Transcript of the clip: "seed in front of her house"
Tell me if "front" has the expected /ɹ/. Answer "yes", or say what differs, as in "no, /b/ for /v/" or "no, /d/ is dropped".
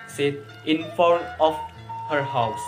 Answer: no, /ɹ/ is dropped